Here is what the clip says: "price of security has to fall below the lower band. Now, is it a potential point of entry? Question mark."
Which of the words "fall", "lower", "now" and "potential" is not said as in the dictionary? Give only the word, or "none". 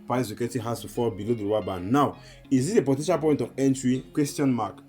lower